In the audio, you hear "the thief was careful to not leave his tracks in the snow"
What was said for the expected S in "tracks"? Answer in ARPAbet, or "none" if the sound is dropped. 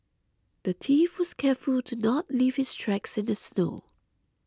S